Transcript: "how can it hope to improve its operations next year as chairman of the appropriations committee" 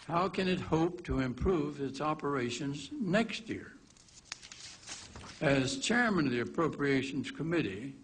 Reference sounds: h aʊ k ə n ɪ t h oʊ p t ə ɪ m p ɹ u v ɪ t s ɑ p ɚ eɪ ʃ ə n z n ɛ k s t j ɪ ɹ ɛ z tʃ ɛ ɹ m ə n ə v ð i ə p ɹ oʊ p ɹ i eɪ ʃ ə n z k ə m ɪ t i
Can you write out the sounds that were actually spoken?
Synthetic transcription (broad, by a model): h aʊ k ə n ɪ t h oʊ p t ə ɪ m p ɹ u v ɪ t s ɑ p ɚ eɪ ʃ ə n z n ɛ k s t j ɪ ɹ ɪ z tʃ ɛ ɹ m ə n ə v ð i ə p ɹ oʊ p ɹ i eɪ ʃ n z k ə m ɪ t i